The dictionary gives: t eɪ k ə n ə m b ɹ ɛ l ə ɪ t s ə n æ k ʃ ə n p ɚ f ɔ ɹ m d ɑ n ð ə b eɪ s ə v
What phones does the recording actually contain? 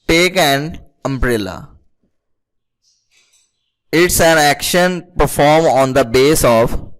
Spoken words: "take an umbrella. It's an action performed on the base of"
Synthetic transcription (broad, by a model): t eɪ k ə n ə m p ɹ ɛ l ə ɪ t s ə n æ k ʃ ə n p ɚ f ɔ ɹ m ɑ n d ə b eɪ s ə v